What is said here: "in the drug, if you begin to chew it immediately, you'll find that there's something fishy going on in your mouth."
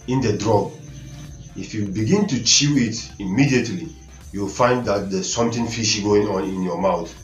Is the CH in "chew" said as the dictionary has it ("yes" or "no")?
yes